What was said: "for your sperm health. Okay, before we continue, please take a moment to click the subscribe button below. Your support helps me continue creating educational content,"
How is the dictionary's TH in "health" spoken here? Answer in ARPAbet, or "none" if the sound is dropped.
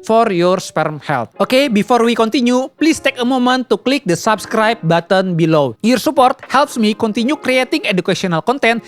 T